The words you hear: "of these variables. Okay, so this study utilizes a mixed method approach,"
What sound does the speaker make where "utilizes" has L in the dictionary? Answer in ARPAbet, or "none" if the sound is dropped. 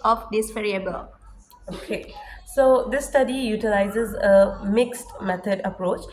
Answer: L